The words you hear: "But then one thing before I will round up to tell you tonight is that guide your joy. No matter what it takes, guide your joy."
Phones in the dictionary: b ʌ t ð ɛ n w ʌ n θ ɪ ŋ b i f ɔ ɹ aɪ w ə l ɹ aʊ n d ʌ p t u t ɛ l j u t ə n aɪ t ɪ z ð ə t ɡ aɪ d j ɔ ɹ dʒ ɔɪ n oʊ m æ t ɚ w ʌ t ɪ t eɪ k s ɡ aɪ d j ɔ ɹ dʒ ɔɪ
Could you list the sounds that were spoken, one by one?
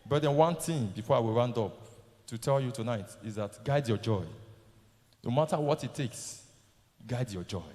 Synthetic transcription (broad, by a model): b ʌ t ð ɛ n w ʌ n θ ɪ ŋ b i f ɔ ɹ aɪ w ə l ɹ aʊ n d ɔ p t u t ɛ l j u t ə n aɪ t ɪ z ð ə t ɡ aɪ d j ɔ dʒ ɔɪ n oʊ m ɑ t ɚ w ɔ t ɪ t eɪ k s ɡ aɪ d j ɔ dʒ ɔɪ